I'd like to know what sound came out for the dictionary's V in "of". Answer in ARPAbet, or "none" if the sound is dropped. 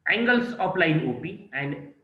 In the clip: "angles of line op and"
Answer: P